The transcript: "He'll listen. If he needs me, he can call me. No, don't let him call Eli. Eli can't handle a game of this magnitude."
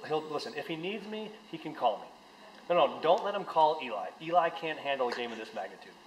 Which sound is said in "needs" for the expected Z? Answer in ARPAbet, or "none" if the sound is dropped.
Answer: Z